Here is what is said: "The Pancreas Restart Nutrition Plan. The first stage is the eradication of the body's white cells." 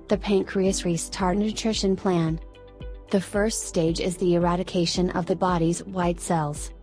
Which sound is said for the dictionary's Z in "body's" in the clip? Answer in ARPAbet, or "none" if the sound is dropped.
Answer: Z